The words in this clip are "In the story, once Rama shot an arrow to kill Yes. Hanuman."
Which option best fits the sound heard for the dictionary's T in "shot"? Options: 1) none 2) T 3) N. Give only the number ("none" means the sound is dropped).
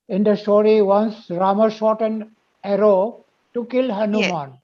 2